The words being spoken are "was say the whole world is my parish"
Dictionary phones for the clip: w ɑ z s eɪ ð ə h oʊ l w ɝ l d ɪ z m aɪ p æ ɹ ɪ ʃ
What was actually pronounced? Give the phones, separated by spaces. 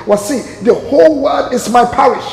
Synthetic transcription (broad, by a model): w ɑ s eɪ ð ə h oʊ l w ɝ d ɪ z m aɪ p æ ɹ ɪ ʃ